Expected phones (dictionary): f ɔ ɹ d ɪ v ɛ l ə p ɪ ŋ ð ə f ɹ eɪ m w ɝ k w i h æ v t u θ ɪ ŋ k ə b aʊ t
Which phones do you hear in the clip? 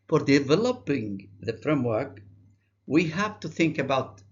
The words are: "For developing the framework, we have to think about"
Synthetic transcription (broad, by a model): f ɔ ɹ d ɪ v ɛ l ə p ɪ ŋ ð ə f ɹ eɪ m w ɝ k w i h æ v t u θ ɪ ŋ k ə b aʊ t